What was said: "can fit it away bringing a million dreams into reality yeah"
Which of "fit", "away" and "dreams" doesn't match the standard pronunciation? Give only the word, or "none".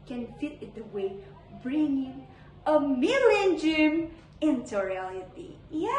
dreams